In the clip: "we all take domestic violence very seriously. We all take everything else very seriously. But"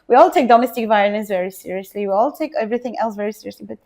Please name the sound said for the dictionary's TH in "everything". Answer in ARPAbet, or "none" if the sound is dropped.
TH